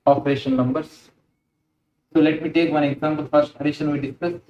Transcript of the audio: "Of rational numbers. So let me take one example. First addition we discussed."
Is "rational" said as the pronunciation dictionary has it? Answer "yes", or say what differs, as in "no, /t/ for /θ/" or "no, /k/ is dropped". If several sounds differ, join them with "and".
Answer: no, /n/ is dropped and /n/ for /l/